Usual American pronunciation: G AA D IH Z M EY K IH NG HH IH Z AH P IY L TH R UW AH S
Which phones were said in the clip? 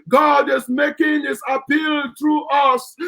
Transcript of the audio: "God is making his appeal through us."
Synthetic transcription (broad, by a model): G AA D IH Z M EY K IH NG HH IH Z AH P IY L T R UW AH S